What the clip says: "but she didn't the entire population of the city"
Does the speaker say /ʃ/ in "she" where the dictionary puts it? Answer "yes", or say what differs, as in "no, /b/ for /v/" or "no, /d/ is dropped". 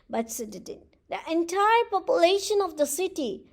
no, /s/ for /ʃ/